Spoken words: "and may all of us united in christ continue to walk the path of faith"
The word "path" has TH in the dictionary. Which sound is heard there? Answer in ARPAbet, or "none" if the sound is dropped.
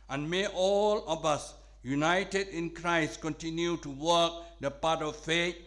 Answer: T